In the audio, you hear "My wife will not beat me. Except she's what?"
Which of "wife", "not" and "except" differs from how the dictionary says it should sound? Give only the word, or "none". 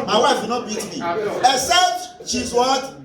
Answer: except